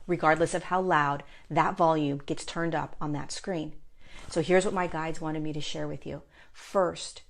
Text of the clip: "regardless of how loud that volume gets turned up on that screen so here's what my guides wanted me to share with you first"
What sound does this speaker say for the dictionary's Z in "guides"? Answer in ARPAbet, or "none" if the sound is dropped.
Z